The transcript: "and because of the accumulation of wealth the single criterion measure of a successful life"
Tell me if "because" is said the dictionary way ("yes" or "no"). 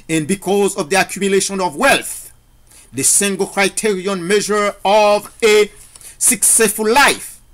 yes